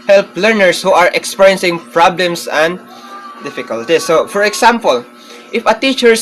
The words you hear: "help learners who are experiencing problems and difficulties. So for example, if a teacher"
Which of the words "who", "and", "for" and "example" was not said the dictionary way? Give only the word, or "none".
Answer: example